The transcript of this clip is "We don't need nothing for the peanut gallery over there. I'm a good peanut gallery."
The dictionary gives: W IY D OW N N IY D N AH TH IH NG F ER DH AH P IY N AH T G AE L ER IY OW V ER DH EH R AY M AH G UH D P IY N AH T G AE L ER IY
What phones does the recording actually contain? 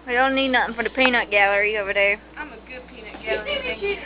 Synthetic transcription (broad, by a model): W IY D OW L N IY D N AH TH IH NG F ER DH AH P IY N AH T G AE L ER IY OW V ER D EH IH AY M AH G UH D P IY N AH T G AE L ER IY